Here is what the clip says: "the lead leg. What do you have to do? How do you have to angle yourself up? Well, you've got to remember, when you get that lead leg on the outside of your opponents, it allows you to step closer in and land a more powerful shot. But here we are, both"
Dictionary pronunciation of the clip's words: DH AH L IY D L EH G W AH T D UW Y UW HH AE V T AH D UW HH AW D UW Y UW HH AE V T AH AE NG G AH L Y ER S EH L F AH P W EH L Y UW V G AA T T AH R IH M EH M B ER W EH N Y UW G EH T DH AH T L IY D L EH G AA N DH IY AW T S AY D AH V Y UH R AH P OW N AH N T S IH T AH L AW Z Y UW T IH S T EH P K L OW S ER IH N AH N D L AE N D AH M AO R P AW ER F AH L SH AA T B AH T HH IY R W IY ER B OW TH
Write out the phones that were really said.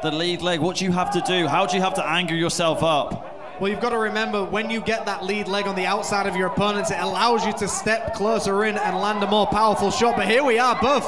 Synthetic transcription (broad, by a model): DH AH L IY D L EH G W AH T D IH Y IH HH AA F T AH D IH HH AW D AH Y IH HH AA F T AH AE NG G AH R Y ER S EH L F AH P W EH L Y UW V G AA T T AH R IH M EH M B ER W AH N Y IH G EH T DH AH T L IY D L EH G N DH IY AW T S AY D AH V Y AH R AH P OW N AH N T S IH T AH L AW Z Y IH T IH S T EH P K L OW S ER IH N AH N L AE N D AH M AO R P AW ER F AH L SH AA T B AH T HH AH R W IY ER B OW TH